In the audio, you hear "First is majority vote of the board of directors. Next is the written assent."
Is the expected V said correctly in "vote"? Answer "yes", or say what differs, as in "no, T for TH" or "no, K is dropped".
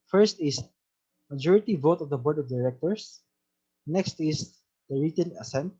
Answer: yes